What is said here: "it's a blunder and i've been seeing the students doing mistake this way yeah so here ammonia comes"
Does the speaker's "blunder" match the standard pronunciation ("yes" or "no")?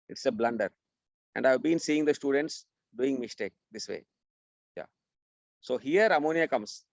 yes